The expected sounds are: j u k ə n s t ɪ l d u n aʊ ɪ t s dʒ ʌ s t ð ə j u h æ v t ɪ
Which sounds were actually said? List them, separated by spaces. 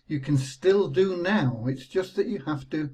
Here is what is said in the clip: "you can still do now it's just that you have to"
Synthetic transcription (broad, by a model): j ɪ k ə n s t ɪ l d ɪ n aʊ ɪ t s dʒ ʌ s t ð ə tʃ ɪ h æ f t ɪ